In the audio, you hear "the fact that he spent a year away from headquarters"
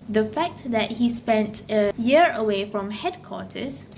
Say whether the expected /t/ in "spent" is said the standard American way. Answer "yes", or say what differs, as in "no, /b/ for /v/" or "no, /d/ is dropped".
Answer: yes